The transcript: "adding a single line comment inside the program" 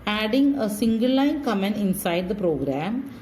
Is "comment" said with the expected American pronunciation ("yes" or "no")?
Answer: no